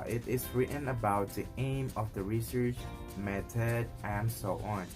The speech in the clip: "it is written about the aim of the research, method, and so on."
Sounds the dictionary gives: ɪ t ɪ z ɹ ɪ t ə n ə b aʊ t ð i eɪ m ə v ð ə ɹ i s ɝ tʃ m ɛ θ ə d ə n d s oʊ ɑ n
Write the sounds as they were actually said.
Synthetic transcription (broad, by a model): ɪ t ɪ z ɹ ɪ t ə n ə b aʊ t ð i eɪ m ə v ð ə ɹ i s ɝ tʃ m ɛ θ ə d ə n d s oʊ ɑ n